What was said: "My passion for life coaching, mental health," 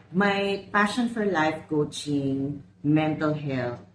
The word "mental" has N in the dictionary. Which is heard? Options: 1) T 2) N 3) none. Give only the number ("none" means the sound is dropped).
2